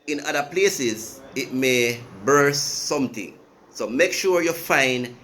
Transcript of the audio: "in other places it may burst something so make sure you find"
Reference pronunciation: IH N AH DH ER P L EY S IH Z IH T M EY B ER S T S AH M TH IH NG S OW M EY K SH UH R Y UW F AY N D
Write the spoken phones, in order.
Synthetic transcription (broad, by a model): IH N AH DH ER P L EY S IH Z IH T M EY B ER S S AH M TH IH NG S OW M EY K SH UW R Y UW F AY N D